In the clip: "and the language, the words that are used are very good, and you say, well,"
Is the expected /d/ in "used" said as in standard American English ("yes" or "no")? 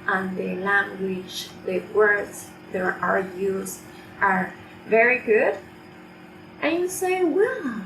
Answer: no